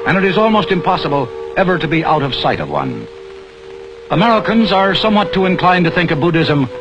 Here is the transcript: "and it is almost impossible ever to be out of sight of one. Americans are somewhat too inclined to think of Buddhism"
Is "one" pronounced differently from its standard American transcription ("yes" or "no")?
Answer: no